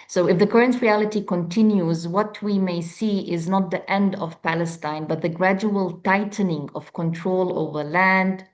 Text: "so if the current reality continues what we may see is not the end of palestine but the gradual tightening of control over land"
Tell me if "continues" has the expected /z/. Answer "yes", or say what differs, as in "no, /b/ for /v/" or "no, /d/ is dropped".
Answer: yes